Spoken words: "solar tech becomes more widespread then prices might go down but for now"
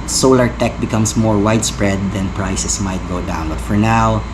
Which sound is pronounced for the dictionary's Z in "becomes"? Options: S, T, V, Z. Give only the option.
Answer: S